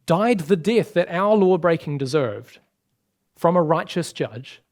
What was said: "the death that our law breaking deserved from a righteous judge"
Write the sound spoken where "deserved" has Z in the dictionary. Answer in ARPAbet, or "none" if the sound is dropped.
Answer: Z